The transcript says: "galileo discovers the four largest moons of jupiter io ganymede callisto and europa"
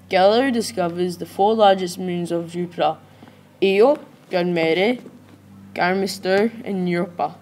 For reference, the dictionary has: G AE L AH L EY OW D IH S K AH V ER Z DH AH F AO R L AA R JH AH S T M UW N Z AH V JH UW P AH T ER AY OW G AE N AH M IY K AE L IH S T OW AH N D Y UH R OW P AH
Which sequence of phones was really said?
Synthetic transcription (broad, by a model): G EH L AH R D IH S K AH V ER Z DH AH F AO R L AA R JH AH S T M UW N Z AH V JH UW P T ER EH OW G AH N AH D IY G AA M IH S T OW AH N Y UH R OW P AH